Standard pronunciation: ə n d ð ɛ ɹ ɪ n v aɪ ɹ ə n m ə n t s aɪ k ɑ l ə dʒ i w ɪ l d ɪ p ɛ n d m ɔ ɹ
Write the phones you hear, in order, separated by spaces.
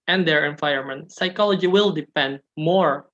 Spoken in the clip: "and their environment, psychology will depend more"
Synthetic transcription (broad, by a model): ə n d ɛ ɹ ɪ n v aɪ ə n m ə n t s aɪ k ɑ l ə dʒ i w ɪ l d ɪ p ɛ n d m ɔ ɹ